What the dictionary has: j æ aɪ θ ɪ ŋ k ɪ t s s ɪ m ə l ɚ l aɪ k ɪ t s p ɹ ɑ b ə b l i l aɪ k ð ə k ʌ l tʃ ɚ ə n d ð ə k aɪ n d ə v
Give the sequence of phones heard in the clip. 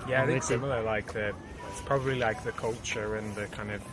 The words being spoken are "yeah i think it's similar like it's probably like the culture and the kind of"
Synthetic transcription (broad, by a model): j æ aɪ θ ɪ k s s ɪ m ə l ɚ l aɪ k ɪ t s p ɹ ɑ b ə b l i l aɪ k ð ə k ʌ l tʃ ɚ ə n ð ə k aɪ n d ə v